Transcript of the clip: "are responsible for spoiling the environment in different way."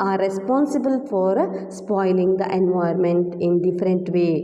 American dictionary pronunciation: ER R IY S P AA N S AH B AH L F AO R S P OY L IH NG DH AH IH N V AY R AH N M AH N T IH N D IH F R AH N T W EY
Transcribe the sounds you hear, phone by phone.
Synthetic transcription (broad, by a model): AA R IY S P AA N S AH B AH L F AO R S P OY L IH NG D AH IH N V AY AH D M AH N T IH N D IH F R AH N T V EY